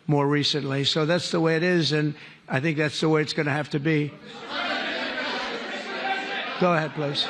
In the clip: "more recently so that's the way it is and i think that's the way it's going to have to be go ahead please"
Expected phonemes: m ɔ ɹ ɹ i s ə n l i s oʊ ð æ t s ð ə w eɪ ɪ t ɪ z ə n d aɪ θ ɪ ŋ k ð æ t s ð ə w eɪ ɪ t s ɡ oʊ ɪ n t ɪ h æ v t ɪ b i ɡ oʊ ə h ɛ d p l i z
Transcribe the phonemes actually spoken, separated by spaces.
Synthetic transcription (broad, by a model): m ɔ ɹ ɹ i s ə n l i s oʊ ð æ t s ð ə w eɪ ɪ t ɪ z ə n aɪ θ ɪ ŋ k ð æ t s ð ə w eɪ ɪ t s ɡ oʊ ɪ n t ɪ h æ f t ɪ b i ɡ oʊ ə h ɛ d p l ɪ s